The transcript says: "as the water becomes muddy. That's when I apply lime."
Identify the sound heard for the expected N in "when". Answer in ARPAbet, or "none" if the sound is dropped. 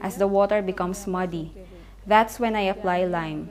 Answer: N